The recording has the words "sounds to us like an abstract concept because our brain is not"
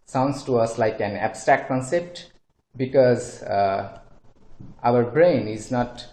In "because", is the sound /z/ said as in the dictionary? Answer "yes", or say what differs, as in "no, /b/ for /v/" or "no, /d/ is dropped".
yes